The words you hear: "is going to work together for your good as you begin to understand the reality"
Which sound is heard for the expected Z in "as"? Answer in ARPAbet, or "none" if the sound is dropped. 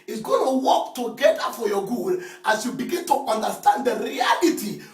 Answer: S